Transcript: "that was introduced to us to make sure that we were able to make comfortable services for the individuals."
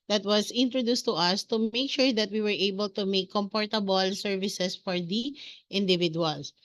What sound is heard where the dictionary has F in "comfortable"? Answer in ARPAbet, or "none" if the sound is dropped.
P